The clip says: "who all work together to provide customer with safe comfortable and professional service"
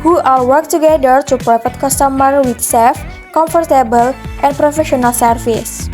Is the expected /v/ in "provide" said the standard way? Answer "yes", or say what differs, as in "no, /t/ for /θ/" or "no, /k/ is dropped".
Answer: no, /f/ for /v/